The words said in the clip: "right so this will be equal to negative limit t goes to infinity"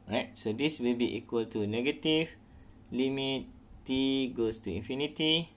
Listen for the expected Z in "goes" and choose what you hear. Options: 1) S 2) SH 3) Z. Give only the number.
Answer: 1